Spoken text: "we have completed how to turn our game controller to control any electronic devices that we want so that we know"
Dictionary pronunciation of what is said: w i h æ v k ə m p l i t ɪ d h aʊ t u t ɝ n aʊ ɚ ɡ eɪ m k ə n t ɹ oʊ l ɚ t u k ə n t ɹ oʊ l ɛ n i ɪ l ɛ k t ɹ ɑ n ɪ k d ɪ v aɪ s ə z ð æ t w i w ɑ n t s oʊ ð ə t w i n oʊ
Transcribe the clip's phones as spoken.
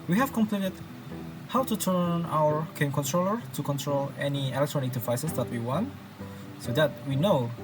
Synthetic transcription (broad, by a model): w i h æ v k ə m p l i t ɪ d h aʊ t u t ɝ n aʊ ɚ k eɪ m k ə n t ɹ oʊ l ɚ t u k ə n t ɹ oʊ l ɛ n i ɪ l ɛ k t ɹ ɑ n ɪ k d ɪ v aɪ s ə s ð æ t w i w ɑ n t s oʊ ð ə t w i n oʊ